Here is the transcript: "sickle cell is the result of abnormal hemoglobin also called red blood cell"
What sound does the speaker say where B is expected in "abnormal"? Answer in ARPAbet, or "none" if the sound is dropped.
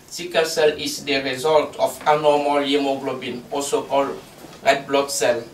none